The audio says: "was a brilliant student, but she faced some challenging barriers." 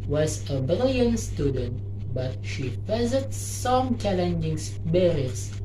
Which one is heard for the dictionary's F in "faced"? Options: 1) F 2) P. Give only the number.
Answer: 2